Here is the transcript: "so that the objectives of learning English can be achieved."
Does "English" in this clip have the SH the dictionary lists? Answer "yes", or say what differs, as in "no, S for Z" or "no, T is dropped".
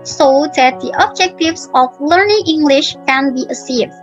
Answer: yes